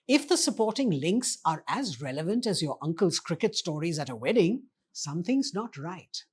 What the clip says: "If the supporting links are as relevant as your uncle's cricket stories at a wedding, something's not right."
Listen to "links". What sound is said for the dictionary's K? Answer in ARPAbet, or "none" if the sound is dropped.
K